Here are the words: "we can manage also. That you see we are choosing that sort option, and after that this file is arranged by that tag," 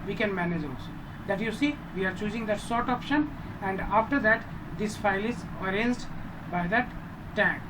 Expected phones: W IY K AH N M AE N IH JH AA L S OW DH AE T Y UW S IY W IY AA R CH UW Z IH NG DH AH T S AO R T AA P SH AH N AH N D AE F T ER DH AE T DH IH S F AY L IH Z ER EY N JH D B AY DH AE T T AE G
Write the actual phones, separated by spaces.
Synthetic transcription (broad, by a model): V IY K AH N M AE N IH JH AA L S OW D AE T Y UW S IY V IY AA R CH UW Z IH NG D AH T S AO R T AA P SH AH N AH N D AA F T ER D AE T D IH S F AY L IH Z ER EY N Z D B AY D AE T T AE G